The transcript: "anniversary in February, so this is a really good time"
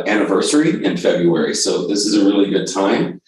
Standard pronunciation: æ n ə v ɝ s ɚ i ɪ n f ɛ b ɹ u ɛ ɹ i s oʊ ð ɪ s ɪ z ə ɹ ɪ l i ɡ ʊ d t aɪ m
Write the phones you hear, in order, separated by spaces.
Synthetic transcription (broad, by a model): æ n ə v ɝ s ɚ i ɪ n f ɛ b ɹ u ɛ ɹ i s oʊ ð ɪ s ɪ z ə ɹ ɪ l i ɡ ʊ d t aɪ m